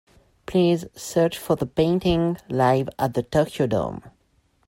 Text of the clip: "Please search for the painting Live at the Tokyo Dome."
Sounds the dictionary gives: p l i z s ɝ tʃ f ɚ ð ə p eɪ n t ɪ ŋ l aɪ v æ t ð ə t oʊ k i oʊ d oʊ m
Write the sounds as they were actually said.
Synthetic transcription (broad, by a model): p l i z s ɝ tʃ f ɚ ð ə p eɪ n t ɪ ŋ l aɪ v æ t ð ə t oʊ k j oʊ d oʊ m